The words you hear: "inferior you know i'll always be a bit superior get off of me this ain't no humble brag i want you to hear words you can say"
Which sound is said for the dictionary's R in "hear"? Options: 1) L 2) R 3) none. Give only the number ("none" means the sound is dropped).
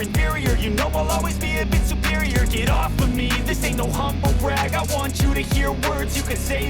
2